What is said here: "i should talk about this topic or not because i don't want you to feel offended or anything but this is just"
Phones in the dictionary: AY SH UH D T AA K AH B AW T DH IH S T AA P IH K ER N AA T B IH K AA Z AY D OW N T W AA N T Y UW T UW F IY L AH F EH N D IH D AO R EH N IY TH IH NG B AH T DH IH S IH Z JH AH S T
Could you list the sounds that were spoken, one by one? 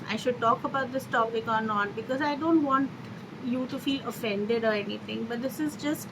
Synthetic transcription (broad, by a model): AY SH UH D T AA K AH B AW T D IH S T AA B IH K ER N AA T B IH K AA Z AY D OW N T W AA N T Y UW T UW F IY L AH F EH N D IH D AO R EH N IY T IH NG B AH T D IH S IH Z JH AH S T